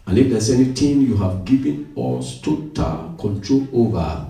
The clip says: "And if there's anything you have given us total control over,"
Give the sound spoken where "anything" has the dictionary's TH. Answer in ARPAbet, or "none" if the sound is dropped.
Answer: T